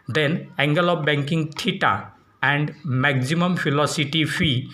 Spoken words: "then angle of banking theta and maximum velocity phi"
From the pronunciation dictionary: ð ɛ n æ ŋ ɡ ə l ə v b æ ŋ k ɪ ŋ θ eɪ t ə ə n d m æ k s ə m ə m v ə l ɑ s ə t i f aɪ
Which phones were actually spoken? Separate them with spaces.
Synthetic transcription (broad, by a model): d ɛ n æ ŋ ɡ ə l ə b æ ŋ k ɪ ŋ t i t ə ə n d m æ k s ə m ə m f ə l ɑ s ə t i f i